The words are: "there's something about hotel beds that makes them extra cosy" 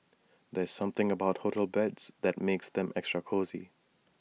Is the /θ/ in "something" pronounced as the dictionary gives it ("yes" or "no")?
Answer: yes